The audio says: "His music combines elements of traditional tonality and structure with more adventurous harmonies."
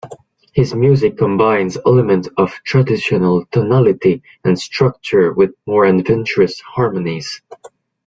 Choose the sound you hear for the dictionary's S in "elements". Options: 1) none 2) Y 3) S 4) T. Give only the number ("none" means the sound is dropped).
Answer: 1